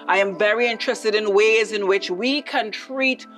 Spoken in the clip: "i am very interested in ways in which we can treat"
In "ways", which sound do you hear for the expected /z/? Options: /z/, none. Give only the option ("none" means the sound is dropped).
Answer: /z/